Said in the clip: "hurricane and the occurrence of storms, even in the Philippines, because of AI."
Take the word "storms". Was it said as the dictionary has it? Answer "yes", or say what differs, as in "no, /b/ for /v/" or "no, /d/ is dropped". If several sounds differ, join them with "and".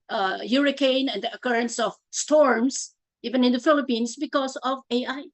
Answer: no, /s/ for /z/